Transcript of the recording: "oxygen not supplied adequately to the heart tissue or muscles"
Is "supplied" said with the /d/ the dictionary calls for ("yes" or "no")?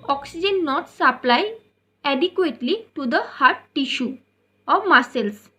no